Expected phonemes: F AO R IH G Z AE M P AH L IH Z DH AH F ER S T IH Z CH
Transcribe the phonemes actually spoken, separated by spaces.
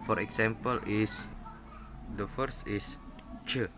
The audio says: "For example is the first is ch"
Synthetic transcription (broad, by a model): F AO R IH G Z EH M P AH L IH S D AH F ER S T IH S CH